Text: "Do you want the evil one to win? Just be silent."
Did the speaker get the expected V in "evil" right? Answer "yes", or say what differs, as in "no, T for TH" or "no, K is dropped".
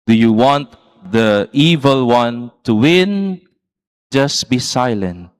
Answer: yes